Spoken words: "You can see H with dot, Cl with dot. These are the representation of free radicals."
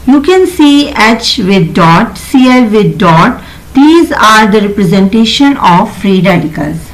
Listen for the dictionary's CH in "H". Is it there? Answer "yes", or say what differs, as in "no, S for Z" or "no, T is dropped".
yes